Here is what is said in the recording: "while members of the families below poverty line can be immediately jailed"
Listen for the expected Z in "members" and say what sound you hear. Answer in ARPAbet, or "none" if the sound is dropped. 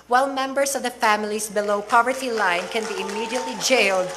S